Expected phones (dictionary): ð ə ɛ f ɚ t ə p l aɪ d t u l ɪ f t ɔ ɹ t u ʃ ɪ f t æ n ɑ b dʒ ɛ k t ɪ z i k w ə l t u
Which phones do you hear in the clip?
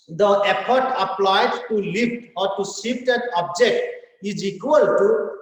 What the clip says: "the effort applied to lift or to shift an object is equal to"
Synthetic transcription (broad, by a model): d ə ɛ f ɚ t ə p l aɪ d t u l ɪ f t ɔ ɹ t u s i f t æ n ɑ b dʒ ɛ k t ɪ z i k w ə l t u